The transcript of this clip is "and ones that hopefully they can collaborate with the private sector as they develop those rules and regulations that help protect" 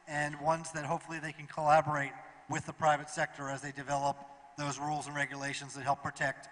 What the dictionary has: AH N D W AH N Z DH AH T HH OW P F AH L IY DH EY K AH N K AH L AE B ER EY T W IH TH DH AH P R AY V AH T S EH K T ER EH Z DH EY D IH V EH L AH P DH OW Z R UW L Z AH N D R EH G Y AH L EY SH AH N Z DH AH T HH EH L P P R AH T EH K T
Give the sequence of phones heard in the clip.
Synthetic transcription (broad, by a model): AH N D W AH N Z DH AH T HH OW P F L IY DH EY K N K AH L AE B ER EY T W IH DH AH P R AY V AH T S EH K T ER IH Z DH EY D IH V EH L AH P DH OW Z R UW L Z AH N R EH G Y AH L EY SH AH N Z DH AH T HH EH L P P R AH T EH K T